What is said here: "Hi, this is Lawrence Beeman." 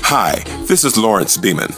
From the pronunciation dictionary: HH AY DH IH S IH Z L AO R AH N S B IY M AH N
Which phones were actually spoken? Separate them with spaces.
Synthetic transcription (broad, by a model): HH AY DH IH S IH Z L AO R AH N S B IY M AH N